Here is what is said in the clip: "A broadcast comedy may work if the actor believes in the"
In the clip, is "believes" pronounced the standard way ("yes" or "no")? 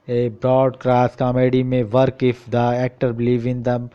no